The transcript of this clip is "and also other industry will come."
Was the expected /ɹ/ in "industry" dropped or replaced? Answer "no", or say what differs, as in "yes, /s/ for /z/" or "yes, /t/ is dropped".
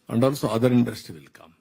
yes, /ɹ/ is dropped